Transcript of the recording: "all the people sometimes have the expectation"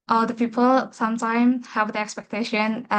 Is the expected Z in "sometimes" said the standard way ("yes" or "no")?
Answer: no